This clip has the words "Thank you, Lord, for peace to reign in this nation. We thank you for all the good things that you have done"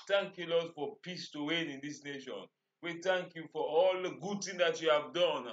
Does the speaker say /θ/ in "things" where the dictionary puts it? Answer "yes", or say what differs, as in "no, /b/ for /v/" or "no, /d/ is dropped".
no, /t/ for /θ/